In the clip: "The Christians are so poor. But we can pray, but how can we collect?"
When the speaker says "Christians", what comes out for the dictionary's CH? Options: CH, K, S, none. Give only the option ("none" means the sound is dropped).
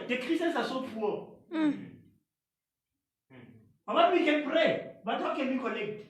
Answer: none